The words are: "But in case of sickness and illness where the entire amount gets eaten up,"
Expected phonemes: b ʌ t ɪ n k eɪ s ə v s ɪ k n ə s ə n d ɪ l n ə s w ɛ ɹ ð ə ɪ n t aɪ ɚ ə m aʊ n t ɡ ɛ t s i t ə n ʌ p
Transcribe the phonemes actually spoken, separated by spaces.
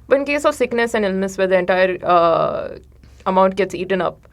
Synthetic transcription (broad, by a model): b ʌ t ɪ n k eɪ s ə v s ɪ k n ə s ə n d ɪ l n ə s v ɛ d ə ɪ n t aɪ ɚ ə m aʊ n t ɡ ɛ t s i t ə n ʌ p